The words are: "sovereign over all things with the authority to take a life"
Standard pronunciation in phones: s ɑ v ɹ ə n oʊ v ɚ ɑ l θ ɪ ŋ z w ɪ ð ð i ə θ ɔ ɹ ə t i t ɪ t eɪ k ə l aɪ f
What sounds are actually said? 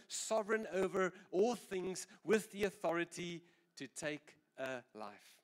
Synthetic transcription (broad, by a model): s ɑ v ɹ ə n oʊ v ɚ ɑ l θ ɪ ŋ z w ɪ ð ð i ə θ ɔ ɹ ə t i t ɪ t eɪ k ə l aɪ f